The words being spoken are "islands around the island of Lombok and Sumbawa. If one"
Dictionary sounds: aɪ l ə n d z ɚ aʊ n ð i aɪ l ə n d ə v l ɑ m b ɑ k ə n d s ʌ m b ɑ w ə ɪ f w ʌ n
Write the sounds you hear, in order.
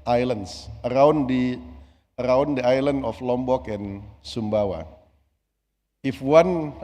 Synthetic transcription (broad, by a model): aɪ l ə n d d ɚ aʊ n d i aɪ l ə n d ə f l ɑ m b ɑ k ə n s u m b ɑ w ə ɪ f w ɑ n